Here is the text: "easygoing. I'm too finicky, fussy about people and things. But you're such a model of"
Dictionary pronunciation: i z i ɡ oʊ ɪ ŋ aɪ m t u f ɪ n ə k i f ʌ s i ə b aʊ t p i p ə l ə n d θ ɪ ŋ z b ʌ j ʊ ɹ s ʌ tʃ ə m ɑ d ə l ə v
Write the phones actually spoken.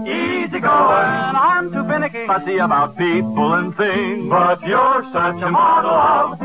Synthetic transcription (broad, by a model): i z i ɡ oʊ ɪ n aɪ m t u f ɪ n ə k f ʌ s i ə b aʊ t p i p l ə n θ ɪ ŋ b ʌ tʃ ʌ ɹ s ʌ tʃ ə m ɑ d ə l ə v